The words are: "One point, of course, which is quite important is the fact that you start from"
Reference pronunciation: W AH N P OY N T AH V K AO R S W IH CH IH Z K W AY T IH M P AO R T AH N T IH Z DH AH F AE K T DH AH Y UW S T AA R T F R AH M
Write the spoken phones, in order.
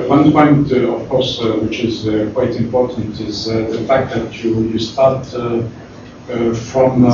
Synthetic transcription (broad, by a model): W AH N P OY N T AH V K AO R S W IH CH IH Z K W AY T IH M P AO R T AH N T IH Z DH AH F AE K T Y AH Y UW S T AA R T F R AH M